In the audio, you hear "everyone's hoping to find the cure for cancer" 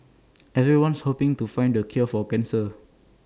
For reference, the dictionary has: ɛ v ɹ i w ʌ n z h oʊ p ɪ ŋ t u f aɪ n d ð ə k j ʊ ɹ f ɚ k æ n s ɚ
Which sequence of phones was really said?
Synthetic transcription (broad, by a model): ɛ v ɹ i w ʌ n s h oʊ p ɪ ŋ t u f aɪ n d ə k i l f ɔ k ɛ n s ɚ